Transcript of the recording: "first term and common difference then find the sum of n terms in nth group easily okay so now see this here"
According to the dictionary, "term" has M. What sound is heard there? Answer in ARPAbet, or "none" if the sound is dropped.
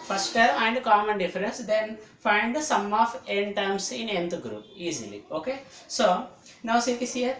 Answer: none